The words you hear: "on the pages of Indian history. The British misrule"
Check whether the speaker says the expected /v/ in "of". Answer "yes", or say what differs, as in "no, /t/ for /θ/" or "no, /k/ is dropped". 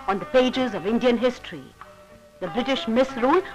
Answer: yes